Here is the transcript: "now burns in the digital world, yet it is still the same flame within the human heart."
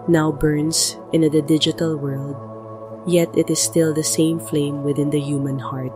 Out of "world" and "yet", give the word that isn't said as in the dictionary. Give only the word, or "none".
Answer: none